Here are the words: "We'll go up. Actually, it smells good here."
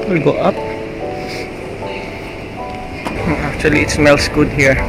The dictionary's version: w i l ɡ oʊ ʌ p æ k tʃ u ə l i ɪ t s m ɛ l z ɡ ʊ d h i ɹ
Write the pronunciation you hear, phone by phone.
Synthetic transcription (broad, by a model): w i l ɡ oʊ ʌ p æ k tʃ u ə l i ɪ t s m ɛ l s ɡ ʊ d h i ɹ